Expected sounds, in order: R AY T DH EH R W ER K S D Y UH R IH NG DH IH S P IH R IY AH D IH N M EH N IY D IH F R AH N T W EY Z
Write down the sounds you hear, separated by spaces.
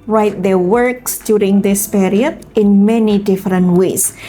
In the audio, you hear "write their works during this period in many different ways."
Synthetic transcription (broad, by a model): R AY T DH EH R W ER K S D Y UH R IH NG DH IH S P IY R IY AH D IH N M EH N IY D IH F R AH N T W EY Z